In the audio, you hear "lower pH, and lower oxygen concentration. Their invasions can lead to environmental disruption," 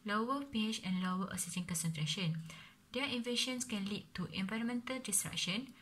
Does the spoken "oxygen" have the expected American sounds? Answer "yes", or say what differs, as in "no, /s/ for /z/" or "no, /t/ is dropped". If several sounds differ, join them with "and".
no, /k/ is dropped